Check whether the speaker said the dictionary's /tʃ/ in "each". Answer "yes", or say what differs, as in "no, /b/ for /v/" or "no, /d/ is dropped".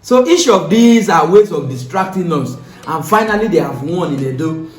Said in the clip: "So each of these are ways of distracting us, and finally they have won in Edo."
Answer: no, /ʃ/ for /tʃ/